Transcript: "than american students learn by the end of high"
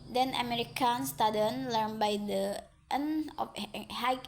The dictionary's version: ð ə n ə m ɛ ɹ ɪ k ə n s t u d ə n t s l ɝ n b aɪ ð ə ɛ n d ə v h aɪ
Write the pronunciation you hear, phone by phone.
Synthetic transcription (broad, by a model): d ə n ə m ɛ ɹ ɪ k ə n s t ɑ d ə n l ɝ n b aɪ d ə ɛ n ə f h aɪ